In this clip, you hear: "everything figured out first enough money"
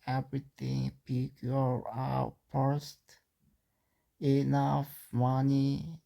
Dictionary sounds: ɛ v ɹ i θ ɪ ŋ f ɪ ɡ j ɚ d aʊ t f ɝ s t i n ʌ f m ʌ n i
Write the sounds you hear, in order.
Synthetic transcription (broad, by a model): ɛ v ɹ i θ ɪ ŋ p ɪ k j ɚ aʊ t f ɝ s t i n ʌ f m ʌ n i